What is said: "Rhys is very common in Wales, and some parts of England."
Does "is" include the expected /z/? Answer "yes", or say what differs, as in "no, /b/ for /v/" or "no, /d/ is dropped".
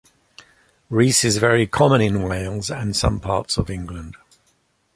yes